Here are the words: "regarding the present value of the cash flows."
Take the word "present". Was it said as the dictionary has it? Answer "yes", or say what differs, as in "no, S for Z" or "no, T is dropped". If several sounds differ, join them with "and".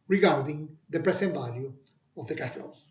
no, S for Z